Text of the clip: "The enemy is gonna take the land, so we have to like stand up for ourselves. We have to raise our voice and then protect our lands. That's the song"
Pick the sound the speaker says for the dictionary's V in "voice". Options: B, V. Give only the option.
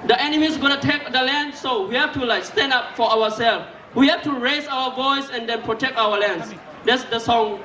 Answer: V